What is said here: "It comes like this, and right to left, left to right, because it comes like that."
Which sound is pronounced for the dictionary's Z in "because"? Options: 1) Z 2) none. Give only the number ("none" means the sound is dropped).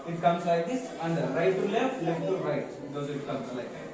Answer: 2